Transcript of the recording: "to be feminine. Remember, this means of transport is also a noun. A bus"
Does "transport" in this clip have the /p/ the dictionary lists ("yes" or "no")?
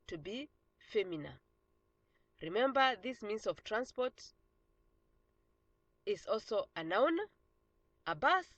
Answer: yes